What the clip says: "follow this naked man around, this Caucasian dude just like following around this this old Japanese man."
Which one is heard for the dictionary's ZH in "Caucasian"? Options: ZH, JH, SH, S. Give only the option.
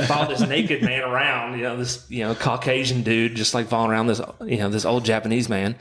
ZH